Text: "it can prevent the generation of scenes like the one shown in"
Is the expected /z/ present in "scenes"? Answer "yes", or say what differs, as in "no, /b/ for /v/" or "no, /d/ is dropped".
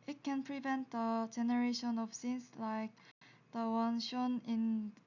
no, /s/ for /z/